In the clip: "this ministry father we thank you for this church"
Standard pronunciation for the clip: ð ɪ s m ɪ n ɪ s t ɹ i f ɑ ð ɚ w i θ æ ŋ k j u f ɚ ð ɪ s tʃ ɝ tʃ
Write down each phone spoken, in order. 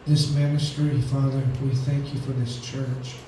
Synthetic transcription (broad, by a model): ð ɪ s m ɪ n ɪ s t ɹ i f ɑ ð ɚ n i θ æ ŋ k j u f ɚ ð ɪ s tʃ ɝ tʃ